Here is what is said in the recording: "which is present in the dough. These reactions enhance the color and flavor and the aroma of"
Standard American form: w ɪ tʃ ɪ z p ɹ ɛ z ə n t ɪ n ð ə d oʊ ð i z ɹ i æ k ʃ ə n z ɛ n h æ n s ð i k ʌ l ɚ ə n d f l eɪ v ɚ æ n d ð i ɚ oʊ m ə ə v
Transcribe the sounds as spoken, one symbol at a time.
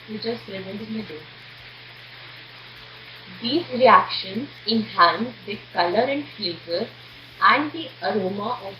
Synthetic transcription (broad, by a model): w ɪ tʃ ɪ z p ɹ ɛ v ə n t ɪ n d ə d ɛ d i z ɹ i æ k ʃ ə n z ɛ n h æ n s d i k ʌ l ɚ ə n d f eɪ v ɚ æ n d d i ɚ oʊ m ə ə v